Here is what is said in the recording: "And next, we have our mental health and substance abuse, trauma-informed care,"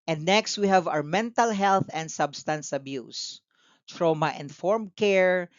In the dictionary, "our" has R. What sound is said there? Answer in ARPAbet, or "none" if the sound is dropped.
W